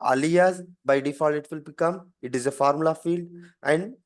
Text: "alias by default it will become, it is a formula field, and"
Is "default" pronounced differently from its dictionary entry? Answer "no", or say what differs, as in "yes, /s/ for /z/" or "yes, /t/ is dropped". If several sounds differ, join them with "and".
yes, /t/ is dropped